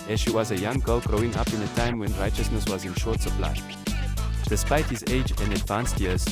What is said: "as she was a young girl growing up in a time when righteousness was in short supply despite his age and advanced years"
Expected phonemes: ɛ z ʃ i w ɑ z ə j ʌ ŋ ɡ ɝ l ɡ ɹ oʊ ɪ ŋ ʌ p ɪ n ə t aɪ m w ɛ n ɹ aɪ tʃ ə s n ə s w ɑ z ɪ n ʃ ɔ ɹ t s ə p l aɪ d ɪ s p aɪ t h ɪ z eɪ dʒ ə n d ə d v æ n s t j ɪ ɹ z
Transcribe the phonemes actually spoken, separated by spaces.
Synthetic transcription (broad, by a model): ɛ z ʃ i w ɑ z ə j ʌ ŋ ɡ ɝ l ɡ ɹ oʊ ɪ ŋ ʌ p ɪ n ə t aɪ m w ɛ n ɹ aɪ tʃ ə s n ə s w ɑ z ɪ n ʃ ɔ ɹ t s ə p l aɪ d ɪ s p aɪ t h ɪ z eɪ dʒ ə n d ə d v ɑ n s t j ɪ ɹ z